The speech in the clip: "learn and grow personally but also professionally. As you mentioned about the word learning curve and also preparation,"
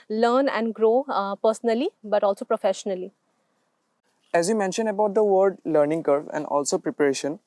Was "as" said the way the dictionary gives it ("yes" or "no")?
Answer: yes